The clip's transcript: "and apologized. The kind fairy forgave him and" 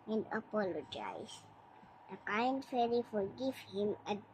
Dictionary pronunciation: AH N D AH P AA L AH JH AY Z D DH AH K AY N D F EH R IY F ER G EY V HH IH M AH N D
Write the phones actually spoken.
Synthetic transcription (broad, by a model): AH N D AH P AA L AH JH AY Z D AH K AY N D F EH L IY F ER G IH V HH IH M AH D